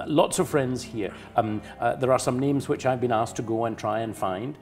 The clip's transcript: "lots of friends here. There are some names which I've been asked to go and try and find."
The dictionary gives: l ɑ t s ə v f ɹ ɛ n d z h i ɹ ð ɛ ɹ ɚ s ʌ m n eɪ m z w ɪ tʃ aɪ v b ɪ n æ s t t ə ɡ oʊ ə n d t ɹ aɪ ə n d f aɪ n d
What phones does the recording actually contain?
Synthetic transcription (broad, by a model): l ɑ t s ə v f ɹ ɛ n d z h i ɹ ð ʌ ɹ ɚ s ʌ m n eɪ m z w ɪ tʃ aɪ v b ɪ n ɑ s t t ə ɡ oʊ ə n t ɹ aɪ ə n f aɪ n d